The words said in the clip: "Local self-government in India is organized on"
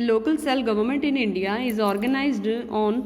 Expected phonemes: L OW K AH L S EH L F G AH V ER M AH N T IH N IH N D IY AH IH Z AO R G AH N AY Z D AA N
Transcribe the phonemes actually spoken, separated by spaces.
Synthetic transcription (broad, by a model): L OW K AH L S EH L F G AH V ER M AH N T IH N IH N D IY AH IH Z AO R G AH N AY Z D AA N